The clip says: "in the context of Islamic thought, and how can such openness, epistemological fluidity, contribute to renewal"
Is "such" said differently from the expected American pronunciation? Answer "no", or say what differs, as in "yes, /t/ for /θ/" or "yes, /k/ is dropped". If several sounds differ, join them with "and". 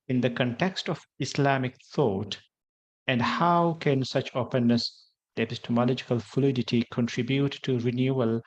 no